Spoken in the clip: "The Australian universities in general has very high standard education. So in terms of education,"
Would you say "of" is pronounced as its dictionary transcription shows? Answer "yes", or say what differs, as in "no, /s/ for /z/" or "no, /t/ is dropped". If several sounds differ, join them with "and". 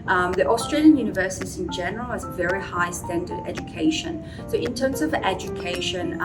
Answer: yes